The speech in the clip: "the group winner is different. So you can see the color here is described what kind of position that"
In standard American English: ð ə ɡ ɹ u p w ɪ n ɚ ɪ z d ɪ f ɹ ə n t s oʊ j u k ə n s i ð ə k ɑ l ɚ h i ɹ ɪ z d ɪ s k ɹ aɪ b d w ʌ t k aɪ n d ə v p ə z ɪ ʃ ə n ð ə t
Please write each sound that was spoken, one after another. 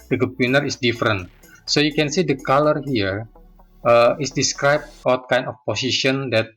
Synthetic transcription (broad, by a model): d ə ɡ u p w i n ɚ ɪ s d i f ɹ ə n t s oʊ j u k ə n s i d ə k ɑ l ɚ h i ɹ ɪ s d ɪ s k ɹ aɪ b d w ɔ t k aɪ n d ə f p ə s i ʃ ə n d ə t